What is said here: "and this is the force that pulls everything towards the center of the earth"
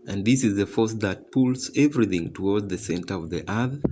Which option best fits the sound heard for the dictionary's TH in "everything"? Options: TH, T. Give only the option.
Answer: TH